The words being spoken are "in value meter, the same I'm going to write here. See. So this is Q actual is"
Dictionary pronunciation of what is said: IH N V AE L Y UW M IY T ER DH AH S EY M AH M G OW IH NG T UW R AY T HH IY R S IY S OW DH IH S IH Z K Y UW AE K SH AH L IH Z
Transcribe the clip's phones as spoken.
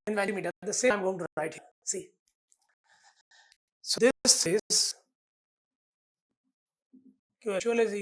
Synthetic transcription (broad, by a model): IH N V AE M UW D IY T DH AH S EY AH M G OW IH NG T UW R AY T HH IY S IY S OW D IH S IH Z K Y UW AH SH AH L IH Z